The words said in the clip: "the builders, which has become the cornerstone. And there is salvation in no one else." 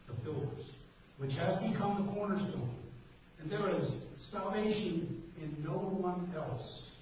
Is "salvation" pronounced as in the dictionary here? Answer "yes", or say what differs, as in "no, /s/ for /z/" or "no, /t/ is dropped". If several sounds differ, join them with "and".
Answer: yes